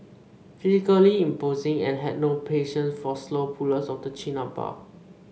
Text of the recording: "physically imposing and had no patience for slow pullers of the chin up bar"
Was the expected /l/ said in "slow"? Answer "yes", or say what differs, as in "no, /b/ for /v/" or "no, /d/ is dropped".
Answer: yes